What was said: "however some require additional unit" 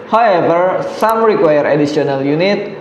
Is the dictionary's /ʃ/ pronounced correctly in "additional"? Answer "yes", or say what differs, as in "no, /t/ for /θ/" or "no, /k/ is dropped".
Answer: no, /s/ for /ʃ/